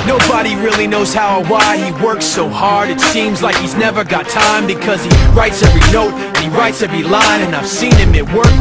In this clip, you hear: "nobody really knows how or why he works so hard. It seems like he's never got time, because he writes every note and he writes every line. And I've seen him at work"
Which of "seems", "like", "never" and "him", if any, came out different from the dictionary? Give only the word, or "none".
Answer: none